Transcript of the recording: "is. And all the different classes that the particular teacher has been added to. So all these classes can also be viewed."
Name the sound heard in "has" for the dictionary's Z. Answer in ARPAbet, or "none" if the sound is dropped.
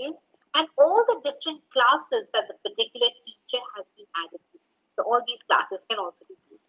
Z